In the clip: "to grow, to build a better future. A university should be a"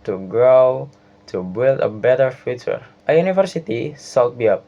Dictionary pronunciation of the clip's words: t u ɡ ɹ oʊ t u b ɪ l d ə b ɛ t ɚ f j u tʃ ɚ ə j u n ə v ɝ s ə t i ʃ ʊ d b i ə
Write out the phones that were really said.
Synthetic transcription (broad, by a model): t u ɡ ɹ oʊ t u b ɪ l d ə b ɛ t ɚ f j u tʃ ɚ ə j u n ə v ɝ s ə t i s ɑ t b i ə